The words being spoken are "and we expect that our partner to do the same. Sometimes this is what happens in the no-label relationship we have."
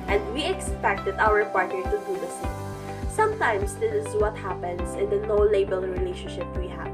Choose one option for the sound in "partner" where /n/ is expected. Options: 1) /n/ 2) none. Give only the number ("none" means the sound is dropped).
2